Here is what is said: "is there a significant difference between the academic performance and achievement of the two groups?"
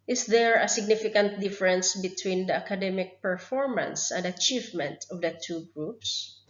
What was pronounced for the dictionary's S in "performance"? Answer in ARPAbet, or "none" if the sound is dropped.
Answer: S